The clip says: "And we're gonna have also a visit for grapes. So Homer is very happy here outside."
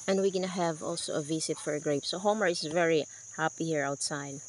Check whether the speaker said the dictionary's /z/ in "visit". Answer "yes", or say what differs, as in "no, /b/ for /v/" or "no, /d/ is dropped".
no, /s/ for /z/